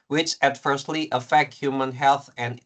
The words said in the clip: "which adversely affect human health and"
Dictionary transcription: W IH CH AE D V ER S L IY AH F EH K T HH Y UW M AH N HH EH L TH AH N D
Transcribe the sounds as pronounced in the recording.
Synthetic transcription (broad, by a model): W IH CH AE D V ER S L IY AH F EH K T HH Y UW M AH N HH EH L TH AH N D